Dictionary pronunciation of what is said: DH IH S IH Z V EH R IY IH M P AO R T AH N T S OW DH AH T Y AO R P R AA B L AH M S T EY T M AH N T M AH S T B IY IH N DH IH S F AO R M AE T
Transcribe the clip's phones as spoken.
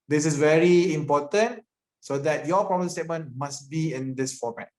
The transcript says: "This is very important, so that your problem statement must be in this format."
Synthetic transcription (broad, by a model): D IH S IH S V EH R IY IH M P AO T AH N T S OW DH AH T Y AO P R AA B AH S T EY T M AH N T M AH S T B IY IH N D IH S F AO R M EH T